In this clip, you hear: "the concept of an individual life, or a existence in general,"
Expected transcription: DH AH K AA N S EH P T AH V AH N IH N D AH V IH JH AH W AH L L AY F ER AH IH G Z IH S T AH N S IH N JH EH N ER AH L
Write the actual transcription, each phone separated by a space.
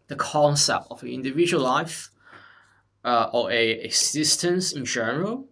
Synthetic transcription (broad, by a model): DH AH K AA N S EH P T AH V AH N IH N D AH V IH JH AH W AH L L AY F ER AH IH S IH S T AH N S IH N JH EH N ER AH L